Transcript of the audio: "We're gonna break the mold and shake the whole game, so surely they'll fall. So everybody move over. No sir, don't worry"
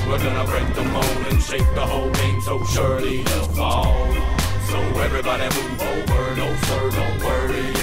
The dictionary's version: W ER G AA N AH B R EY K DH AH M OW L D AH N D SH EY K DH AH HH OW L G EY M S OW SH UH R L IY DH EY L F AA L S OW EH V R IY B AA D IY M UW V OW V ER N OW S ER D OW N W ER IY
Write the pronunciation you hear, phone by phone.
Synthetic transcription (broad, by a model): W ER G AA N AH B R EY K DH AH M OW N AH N SH EY K DH AH HH OW L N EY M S OW SH UH R L IY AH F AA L S OW EH V R IY B AA D IY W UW OW V ER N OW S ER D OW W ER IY